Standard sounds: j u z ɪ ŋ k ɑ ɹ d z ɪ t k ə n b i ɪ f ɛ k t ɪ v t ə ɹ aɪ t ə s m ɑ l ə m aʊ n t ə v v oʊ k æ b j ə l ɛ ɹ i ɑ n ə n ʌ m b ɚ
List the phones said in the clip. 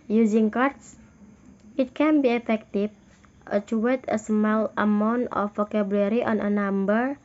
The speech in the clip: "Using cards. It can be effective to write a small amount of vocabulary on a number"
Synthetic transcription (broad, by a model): j u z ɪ ŋ k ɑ ɹ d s ɪ t k ə n b i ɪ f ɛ k t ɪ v t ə w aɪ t ə s m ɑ l ə m aʊ n t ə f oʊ k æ b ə l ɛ ɹ i ɑ n ə n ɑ m b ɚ